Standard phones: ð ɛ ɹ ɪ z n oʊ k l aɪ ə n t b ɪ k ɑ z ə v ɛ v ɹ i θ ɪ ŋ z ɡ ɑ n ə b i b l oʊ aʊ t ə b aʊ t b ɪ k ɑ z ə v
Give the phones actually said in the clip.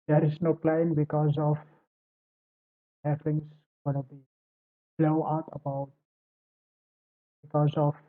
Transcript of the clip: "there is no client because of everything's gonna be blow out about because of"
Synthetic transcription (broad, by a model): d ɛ ɹ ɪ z n oʊ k l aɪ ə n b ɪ k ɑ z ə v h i f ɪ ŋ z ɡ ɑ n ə b i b l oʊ aʊ t ə b aʊ t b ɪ k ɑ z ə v